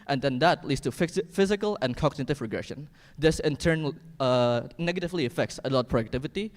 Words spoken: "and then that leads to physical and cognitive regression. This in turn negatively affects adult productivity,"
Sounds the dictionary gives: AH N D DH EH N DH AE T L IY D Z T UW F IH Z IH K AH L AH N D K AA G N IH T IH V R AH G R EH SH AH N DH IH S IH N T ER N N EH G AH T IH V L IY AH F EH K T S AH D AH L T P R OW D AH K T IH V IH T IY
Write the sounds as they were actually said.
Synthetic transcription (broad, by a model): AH N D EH N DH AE T L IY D S T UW F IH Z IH K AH L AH N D K AA G N IH T IH V R AH G R EH SH AH N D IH S IH N T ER N N EH G AH T IH V L IY AH F EH K T S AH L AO T P R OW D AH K T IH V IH T IY